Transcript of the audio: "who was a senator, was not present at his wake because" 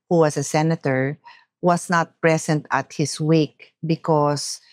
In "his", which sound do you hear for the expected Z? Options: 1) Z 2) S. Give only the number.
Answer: 2